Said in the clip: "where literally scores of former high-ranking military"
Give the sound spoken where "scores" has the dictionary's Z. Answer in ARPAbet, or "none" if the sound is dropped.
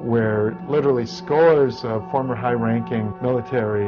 Z